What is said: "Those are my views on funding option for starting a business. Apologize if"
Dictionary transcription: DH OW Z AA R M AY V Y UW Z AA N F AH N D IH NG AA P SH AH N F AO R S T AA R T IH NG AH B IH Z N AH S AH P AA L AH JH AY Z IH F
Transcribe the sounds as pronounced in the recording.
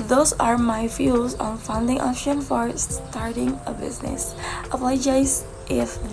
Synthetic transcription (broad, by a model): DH OW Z AA R M AY F Y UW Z AA N F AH N D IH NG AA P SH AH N F AO R S T AA R T IH NG AH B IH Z N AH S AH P L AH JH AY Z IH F